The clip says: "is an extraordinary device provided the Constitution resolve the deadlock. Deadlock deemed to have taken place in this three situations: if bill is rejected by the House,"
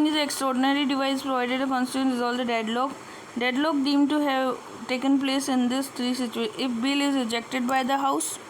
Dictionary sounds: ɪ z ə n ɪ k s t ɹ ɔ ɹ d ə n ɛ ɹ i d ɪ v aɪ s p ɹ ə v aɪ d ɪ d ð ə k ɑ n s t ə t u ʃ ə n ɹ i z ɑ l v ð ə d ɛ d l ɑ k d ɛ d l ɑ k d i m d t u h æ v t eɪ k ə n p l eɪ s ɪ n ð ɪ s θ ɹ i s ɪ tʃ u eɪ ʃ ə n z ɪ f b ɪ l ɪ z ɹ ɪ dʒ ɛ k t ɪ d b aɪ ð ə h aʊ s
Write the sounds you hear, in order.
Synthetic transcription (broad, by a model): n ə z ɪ k s t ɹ ɔ ɹ d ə n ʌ ɹ i d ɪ v aɪ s p ɹ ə v aɪ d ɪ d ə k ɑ n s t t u ə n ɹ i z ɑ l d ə d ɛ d l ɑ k d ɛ d l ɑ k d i m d t u h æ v t eɪ k ə n p l eɪ s ɪ n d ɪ s t ɹ i s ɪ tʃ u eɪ ɪ f b ɪ l ɪ z ɹ ɪ dʒ ɛ k t ɪ d b aɪ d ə h aʊ s